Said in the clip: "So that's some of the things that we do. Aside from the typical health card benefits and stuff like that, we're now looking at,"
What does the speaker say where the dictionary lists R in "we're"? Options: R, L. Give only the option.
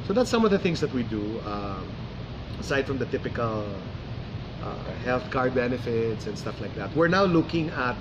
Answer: R